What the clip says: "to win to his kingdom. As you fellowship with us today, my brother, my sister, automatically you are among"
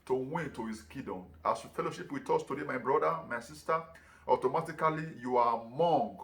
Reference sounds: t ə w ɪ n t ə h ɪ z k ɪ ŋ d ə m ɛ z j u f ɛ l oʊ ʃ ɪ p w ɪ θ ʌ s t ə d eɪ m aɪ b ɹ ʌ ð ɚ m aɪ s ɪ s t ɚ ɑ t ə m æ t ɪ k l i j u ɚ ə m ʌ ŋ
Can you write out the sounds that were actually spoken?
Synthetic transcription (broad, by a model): t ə w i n t ə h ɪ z k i d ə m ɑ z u f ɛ l oʊ ʃ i p w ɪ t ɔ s t ə d eɪ m aɪ b ɹ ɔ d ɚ m aɪ s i s t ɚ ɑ t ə m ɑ t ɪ k l i j u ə m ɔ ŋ